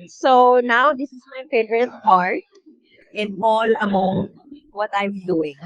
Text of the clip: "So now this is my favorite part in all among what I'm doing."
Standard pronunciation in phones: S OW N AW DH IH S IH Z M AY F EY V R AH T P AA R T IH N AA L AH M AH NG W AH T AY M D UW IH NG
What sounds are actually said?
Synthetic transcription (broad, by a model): S OW N AW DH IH S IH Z M AY P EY R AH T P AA R T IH N AA L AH M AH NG W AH T AY M D UW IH NG